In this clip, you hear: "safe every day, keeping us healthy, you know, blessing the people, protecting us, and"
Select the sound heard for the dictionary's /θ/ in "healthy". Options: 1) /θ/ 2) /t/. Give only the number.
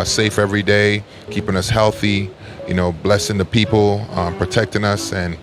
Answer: 1